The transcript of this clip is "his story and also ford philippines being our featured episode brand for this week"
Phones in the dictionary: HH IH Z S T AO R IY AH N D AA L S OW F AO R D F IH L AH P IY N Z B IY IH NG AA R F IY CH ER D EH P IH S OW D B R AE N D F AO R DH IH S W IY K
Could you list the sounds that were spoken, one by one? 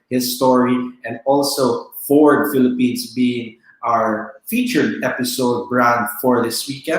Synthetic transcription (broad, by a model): HH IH S T AO R IY AH N D AA L S OW F AO R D F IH L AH P IY N S B IY IH NG AA R F IY CH ER D EH P IH S OW D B R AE N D F AO R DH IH S W IY K